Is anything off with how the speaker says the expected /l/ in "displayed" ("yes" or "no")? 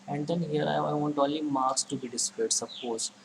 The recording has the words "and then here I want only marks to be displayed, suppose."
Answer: yes